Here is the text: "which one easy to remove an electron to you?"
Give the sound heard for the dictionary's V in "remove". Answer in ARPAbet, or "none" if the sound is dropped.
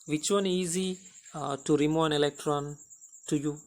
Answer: none